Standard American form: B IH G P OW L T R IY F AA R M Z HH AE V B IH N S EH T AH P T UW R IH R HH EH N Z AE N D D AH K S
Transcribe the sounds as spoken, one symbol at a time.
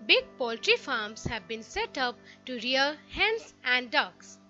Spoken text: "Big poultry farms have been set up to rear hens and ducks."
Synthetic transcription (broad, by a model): B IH G P OW L T R IY F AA R M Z HH AE V B IH N S EH T AH P T UW R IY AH HH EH N S AE N D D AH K S